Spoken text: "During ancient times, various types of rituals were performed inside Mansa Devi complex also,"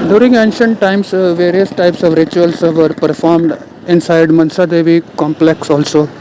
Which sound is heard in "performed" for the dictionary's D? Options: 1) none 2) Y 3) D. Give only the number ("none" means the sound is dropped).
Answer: 3